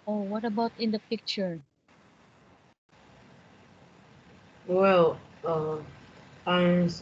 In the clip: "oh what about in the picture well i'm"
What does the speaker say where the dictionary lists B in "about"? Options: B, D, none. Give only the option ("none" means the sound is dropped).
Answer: B